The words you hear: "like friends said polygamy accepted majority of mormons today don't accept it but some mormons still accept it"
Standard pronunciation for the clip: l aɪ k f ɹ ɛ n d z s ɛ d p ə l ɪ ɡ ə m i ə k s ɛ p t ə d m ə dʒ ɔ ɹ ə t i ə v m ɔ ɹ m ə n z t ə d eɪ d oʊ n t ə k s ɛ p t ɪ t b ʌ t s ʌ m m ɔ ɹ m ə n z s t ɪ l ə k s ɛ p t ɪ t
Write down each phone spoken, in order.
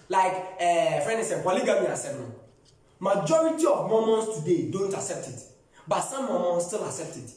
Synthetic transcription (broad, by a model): l aɪ k f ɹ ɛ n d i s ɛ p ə l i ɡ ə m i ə s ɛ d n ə m ə dʒ ɔ ɹ ə t i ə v m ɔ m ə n s t ə d eɪ d oʊ n t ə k s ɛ p t ɪ t b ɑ t s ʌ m m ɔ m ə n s t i l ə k s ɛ p t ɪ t